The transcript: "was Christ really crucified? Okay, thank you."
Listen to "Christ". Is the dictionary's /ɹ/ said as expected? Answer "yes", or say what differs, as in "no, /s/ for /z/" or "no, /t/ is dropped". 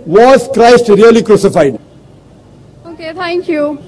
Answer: yes